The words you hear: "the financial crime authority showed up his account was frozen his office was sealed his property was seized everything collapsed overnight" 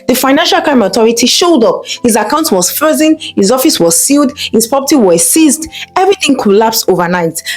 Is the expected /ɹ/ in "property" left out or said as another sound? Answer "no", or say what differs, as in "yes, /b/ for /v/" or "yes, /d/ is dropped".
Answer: yes, /ɹ/ is dropped